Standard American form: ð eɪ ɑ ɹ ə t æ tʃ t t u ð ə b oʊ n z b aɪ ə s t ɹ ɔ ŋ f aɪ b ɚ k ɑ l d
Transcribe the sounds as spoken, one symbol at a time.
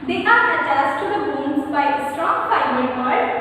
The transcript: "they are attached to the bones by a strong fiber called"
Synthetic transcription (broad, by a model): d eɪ ɑ ɹ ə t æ s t t u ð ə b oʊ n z b aɪ ə s t ɹ ɔ ŋ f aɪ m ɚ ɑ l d